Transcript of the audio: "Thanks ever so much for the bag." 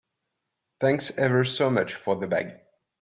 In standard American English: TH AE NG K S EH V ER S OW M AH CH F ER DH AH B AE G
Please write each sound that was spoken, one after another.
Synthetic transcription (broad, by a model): TH AE NG K S EH V ER S OW M AH CH F ER DH AH B AE G